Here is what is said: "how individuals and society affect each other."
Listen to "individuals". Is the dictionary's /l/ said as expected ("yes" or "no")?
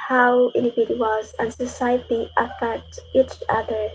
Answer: no